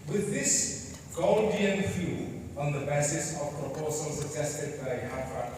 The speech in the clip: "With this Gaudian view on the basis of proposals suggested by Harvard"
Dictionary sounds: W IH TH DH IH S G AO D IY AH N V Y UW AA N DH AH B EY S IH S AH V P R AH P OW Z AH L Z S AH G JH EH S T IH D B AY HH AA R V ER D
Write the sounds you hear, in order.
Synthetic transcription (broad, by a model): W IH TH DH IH S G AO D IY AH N F Y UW AA N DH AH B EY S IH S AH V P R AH P OW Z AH L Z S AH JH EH S T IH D B AY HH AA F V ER